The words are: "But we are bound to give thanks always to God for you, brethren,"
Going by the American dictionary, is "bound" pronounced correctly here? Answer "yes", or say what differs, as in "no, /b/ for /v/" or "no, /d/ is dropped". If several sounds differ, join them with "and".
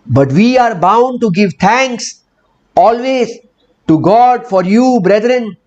yes